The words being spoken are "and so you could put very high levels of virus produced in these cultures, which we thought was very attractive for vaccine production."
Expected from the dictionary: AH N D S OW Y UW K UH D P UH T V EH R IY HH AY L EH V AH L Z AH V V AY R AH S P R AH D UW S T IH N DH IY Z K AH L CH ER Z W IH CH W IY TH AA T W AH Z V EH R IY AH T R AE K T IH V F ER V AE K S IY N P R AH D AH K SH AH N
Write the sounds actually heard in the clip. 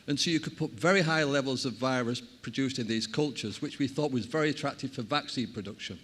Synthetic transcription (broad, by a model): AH N S OW Y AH K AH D P UH T V EH R IY HH AY L EH V AH L Z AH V V AY R AH S P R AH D UW S T IH N DH IY Z K AH L CH ER Z W IH CH W IY TH AA T W AH Z V EH R IY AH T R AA K T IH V F ER V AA K S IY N P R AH D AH K SH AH N